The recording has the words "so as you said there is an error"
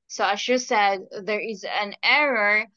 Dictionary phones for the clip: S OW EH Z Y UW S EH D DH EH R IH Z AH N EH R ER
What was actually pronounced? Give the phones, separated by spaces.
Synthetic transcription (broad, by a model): S OW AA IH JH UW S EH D DH EH R IH Z AH N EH R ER